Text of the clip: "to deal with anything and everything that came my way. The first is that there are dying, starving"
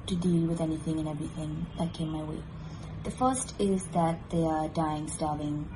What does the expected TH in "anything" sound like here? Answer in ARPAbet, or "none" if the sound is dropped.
TH